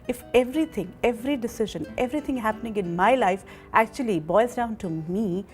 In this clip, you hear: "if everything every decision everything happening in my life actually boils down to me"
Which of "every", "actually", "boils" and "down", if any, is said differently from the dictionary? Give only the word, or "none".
boils